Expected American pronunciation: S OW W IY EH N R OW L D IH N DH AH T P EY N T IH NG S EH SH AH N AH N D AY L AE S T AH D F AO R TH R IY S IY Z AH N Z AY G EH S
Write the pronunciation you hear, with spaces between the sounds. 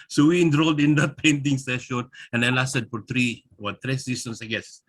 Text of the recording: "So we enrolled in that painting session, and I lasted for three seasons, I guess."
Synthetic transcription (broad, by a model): S OW W IY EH N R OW L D IH N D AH T P EY N T IH NG S EH SH AH N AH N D AY L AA S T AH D F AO R T R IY S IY S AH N S AY G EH S